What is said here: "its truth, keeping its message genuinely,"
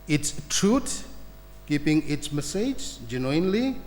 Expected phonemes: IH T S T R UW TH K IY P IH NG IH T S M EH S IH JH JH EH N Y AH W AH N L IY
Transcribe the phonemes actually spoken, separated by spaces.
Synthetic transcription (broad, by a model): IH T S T R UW T K IY P IH NG IH T S M EH S IH JH JH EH N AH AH N L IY